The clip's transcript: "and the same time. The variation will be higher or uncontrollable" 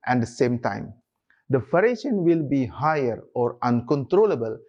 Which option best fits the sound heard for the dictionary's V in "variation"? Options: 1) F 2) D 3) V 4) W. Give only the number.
1